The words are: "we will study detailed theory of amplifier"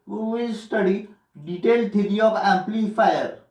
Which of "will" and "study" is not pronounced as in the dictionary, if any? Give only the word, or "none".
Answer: will